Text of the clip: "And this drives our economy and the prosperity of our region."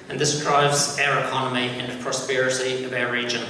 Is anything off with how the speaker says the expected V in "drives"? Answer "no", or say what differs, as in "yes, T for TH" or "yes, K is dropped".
no